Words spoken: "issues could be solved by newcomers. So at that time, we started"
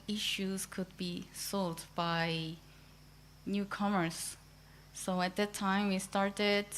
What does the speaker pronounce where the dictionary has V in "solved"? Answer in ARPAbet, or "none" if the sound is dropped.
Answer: none